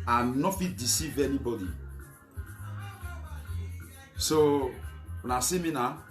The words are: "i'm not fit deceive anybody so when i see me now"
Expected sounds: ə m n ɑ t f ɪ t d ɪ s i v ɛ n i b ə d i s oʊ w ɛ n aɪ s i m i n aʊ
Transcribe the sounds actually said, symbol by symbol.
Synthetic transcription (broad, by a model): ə n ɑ f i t d ɪ s i v ɛ n i b ə d i s oʊ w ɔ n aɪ s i m i n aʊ